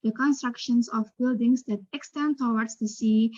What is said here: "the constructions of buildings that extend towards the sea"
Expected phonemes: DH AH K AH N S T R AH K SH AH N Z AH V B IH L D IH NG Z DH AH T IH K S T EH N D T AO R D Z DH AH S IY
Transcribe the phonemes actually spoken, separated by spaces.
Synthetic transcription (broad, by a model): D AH K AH N S T R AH K SH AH N S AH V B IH L D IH NG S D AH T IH K S T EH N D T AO W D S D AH S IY